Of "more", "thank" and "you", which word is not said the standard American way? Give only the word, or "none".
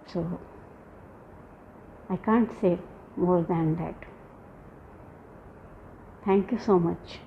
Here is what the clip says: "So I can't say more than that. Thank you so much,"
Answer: thank